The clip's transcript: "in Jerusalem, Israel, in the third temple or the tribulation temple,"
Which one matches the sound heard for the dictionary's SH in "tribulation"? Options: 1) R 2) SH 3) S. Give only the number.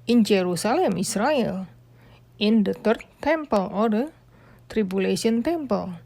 3